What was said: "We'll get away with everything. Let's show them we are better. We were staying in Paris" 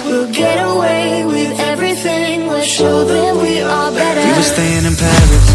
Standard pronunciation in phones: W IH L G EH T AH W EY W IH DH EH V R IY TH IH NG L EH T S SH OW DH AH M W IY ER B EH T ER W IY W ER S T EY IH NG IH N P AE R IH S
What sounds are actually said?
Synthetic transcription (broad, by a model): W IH L G EH T AH W EY W IH DH EH V R IY TH IH NG W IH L SH OW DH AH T W IY ER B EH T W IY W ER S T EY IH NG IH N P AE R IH